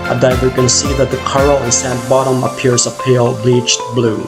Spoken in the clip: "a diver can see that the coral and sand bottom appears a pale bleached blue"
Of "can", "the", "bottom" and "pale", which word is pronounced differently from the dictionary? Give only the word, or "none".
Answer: none